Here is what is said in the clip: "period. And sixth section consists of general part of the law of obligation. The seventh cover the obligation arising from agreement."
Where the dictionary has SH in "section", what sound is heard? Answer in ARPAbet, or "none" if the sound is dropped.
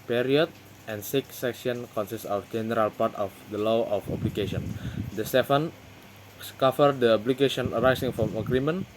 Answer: S